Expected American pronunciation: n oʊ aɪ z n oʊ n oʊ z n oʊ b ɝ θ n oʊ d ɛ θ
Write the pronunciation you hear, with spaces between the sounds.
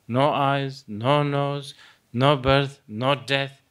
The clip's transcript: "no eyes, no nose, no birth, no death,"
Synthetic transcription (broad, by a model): n oʊ aɪ z n oʊ n oʊ z n oʊ b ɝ t n oʊ d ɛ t